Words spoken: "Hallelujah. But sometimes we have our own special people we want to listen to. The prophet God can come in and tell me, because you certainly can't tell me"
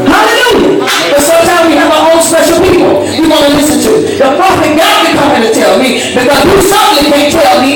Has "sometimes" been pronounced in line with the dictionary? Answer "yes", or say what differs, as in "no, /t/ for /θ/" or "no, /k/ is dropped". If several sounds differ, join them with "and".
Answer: no, /z/ is dropped